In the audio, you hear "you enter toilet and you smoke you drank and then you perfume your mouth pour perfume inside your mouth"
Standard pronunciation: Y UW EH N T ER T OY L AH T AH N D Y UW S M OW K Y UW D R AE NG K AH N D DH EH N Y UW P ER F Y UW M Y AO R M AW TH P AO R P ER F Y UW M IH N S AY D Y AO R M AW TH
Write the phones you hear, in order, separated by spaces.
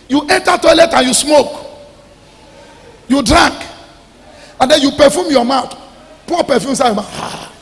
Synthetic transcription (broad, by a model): Y UW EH N T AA T OY L AH T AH N Y UW S M OW K Y UW D R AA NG K AH N D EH N Y UW P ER F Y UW M Y AO M AW T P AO P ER F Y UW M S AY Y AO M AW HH